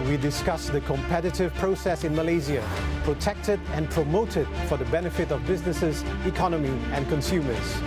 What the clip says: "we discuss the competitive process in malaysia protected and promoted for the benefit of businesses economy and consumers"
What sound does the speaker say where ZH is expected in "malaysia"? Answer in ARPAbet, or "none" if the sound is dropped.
Z